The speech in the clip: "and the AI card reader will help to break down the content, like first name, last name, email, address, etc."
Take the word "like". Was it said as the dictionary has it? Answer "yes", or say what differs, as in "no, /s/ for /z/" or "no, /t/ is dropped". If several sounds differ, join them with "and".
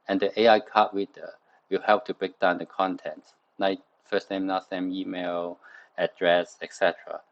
no, /n/ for /l/